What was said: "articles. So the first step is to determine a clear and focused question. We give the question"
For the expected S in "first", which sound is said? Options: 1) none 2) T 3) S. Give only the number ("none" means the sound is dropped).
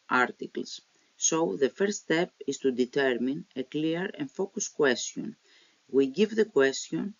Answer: 1